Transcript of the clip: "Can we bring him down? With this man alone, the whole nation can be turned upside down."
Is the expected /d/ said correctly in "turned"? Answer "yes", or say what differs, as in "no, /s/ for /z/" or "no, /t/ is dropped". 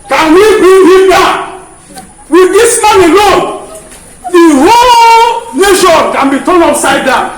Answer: no, /d/ is dropped